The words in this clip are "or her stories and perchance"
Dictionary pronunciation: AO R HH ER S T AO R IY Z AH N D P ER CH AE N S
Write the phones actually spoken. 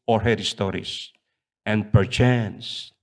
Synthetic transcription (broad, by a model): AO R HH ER S T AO R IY S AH N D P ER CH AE N S